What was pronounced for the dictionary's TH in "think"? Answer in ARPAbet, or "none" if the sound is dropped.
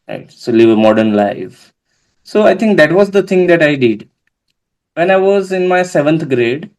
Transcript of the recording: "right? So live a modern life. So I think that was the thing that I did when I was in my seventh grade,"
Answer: T